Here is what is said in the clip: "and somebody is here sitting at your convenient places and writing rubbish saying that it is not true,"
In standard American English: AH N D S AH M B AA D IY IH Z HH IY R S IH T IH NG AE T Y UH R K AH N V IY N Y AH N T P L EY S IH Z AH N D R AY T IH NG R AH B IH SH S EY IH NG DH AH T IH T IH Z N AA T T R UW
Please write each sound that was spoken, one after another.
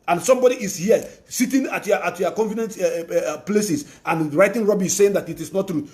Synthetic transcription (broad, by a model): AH N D S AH M B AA D IY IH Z HH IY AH S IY T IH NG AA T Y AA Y K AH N F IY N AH N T P L EY S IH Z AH N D R AY T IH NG R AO B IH S S EY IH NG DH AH T IH T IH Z N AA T T R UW